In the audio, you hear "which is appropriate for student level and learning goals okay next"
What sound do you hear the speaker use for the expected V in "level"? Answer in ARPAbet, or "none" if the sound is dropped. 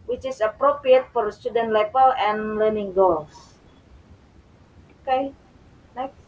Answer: P